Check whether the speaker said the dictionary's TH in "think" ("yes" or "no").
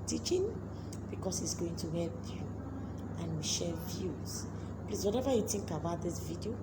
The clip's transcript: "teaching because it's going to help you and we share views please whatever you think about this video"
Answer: no